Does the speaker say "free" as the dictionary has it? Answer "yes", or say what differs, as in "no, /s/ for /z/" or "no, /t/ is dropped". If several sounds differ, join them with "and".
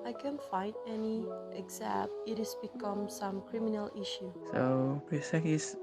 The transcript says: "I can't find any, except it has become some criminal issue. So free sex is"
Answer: no, /p/ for /f/